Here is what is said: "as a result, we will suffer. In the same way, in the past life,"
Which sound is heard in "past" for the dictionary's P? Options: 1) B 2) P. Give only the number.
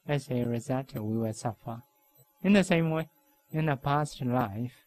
2